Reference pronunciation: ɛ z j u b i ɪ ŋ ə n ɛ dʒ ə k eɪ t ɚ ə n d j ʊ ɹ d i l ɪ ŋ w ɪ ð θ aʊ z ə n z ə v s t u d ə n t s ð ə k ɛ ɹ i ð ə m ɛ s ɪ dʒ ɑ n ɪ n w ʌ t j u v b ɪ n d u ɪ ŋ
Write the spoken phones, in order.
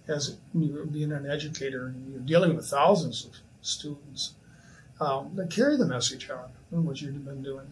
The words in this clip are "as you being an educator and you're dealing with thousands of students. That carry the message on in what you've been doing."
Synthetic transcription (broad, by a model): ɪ z j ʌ b i ɪ ŋ ə n ɛ dʒ ə k eɪ t ɚ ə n j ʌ ɹ d i l ɪ ŋ w ɪ ð θ aʊ z ə n z ə v s t u d n t s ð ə k ɛ ɹ i ð ə m ɛ s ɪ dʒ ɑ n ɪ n w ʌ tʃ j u b ɪ n d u ɪ ŋ